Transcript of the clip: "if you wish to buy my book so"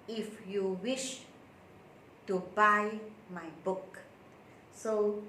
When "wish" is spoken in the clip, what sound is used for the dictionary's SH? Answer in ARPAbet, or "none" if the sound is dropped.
SH